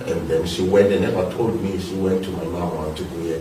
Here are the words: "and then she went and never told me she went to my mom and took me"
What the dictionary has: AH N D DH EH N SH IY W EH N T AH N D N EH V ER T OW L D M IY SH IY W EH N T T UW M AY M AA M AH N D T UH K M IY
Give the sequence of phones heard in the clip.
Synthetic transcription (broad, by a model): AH N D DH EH N SH IY W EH N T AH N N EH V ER T OW L D M IY SH IY W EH N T T UW M AY M AA M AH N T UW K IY